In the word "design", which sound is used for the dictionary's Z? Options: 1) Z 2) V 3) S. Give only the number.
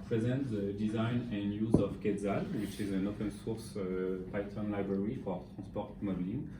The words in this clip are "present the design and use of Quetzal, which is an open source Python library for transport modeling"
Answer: 1